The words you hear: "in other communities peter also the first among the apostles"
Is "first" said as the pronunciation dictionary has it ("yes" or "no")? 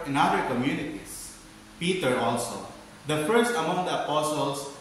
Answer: yes